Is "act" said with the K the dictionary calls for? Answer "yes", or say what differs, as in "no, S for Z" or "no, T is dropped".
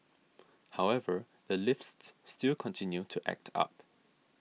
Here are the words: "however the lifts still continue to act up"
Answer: yes